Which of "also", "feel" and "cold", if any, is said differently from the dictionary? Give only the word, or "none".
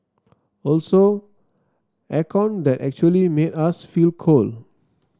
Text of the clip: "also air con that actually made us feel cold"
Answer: cold